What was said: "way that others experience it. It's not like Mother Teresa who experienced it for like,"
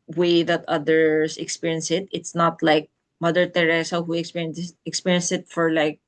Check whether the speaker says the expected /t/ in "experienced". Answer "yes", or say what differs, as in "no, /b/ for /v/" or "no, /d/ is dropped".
no, /t/ is dropped